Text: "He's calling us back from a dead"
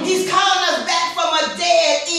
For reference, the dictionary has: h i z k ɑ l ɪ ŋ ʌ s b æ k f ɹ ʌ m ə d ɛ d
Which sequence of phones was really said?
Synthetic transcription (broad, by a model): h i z k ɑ ɪ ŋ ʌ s b æ k f ɹ ʌ m ə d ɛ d